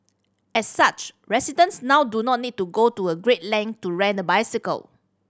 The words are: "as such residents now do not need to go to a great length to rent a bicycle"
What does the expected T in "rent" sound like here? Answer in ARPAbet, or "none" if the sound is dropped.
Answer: none